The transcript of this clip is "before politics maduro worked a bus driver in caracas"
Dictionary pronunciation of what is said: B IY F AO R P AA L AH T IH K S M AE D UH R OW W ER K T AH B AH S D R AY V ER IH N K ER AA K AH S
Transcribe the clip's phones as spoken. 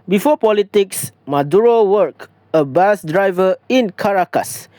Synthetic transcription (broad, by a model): B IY F AO P AA L AH T IH K S M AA D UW R OW W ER K AH B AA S D R AY V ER IH N K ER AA K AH S